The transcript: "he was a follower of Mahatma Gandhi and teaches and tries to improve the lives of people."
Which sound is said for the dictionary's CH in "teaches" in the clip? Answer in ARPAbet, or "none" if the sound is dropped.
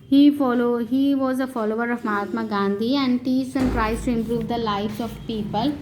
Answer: S